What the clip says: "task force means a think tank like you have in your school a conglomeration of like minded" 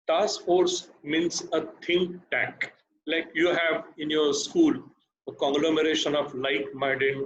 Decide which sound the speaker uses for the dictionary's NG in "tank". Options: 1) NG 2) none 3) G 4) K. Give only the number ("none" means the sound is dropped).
2